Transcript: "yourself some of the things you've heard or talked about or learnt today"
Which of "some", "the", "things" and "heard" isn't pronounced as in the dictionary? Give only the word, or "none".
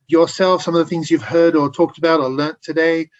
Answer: none